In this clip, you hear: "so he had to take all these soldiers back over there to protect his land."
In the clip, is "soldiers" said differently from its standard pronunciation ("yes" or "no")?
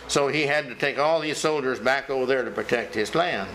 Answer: no